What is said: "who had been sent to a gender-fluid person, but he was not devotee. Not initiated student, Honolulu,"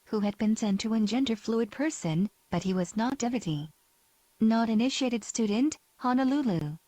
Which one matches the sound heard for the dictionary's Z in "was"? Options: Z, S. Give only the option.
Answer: Z